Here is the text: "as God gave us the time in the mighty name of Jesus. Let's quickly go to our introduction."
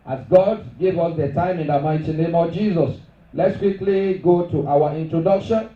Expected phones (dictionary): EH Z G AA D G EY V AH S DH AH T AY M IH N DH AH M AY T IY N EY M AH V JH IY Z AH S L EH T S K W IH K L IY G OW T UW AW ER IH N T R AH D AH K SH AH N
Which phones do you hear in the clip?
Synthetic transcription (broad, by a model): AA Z G AA D G EY V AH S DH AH T AY M IH N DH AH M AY T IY N EY M AH V JH IY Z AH S L EH T S K W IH K L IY G OW T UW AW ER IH N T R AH D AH K SH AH N